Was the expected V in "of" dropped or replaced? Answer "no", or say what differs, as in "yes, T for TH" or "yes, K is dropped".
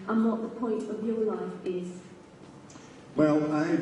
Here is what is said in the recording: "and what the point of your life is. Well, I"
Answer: no